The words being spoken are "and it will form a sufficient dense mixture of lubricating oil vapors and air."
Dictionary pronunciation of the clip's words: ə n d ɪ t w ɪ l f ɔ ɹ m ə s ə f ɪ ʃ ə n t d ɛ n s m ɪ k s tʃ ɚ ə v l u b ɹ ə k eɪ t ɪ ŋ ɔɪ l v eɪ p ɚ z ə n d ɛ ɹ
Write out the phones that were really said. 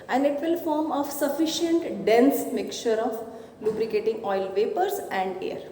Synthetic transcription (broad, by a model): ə n d ɪ t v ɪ l f ɔ ɹ m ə s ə f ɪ ʃ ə n t d ɛ n s m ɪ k tʃ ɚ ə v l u b ɹ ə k eɪ t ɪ ŋ ɔɪ l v eɪ p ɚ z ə n d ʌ ɹ